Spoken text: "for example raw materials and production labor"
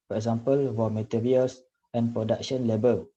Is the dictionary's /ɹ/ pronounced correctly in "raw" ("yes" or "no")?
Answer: no